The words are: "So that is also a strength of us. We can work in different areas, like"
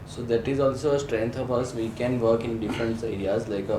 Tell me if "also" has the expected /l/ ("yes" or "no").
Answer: yes